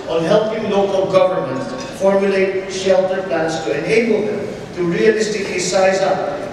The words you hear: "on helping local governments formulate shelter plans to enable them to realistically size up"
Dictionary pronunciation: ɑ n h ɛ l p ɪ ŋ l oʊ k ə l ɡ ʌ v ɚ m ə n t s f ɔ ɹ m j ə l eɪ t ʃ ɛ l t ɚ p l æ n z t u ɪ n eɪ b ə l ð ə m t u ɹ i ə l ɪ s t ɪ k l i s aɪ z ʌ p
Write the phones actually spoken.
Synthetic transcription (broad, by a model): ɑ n h ɛ l p ɪ ŋ l oʊ k ə l ɡ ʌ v ɚ m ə n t f ɔ ɹ m j ə l eɪ t ʃ ɛ l t ɚ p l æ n s t u ɪ n eɪ b ə l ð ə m t u ɹ i ə l ɪ s t ɪ k l i s aɪ z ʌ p